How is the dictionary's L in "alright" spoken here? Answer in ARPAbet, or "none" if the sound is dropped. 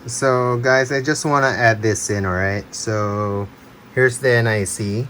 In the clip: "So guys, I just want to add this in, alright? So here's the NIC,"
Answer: none